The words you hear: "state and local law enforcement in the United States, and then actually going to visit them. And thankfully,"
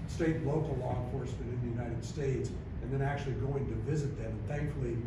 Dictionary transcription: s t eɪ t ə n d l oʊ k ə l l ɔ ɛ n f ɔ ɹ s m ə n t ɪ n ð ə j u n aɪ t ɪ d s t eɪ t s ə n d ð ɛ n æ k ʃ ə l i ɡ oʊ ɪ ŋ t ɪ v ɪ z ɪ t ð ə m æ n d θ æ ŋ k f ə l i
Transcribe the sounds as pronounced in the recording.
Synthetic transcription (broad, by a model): s t eɪ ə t l oʊ k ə l l ɔ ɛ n f ɔ ɹ s m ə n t ɪ n ð ə j u n aɪ t ɪ d s t eɪ t s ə n ð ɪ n æ k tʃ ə l i ɡ oʊ ɪ ŋ t ɪ v ɪ z ɪ t ð ə m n θ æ ŋ k f l i